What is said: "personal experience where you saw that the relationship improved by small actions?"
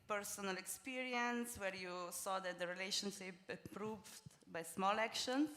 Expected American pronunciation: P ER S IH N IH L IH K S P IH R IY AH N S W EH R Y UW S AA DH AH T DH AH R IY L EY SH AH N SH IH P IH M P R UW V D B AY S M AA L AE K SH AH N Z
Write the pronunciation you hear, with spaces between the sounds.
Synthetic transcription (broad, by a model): P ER S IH N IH L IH K S P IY R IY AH N S W EH R Y UW S AA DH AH T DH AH R IY L EY SH AH N SH IH P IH P R UW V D B AY S M AA L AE K SH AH N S